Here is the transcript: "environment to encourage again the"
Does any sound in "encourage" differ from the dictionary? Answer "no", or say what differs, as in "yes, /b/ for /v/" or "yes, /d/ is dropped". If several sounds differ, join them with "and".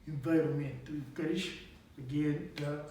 yes, /ʃ/ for /dʒ/